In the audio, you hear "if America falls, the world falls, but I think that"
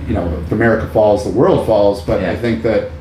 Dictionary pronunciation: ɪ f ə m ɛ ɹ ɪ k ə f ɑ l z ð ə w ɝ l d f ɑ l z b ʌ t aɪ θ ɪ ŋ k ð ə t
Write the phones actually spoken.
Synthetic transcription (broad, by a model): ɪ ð ə m ɛ ɹ ɪ k ə f ɑ l z ð ə w ɝ l d f ɑ l z b ʌ t aɪ θ ɪ ŋ k ð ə t